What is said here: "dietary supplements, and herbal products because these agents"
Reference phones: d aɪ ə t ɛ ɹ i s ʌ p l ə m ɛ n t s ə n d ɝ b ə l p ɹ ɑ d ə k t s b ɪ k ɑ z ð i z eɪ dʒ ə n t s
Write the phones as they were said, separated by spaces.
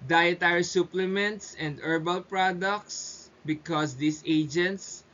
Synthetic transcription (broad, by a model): d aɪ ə t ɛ ɹ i s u p l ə m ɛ n t s ə n d ɝ b ə l p ɹ ɑ d ə k t s b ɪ k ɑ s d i s eɪ dʒ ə n t s